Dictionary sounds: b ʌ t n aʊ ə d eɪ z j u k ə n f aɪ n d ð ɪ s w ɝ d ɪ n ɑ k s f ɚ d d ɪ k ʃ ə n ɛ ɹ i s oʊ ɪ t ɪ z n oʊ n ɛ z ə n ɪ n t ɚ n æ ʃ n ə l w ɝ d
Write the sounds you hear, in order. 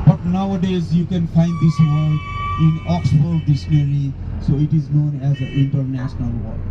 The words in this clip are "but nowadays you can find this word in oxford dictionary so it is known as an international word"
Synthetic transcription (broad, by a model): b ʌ t n aʊ ə d eɪ z j u k ə n f aɪ n d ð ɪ s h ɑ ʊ ɪ n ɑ k s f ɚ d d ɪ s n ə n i s oʊ ɪ t ɪ z n oʊ n ɛ z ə ɪ n t ɚ n æ ʃ n ə l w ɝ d